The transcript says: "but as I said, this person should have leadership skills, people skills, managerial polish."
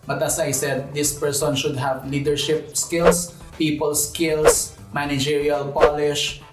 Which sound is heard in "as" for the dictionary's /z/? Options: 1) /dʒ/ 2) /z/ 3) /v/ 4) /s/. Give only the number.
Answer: 4